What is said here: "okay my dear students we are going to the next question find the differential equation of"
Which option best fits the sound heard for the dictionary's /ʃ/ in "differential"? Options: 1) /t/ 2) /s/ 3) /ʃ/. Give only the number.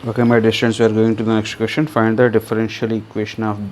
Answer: 3